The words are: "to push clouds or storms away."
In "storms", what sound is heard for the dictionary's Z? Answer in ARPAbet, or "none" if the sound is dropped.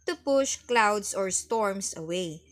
S